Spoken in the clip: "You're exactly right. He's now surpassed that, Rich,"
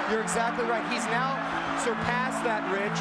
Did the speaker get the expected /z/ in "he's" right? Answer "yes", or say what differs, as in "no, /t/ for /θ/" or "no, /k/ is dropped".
yes